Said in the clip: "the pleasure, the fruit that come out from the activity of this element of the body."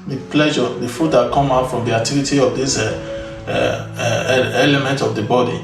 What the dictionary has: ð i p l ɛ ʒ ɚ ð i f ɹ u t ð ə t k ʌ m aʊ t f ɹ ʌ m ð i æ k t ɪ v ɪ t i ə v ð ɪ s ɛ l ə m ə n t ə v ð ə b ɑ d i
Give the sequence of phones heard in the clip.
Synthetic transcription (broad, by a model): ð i p l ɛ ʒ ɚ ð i f u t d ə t k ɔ m aʊ t f ɹ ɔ m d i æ k t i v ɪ t i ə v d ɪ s ɛ l ə m ə n t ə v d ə b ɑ d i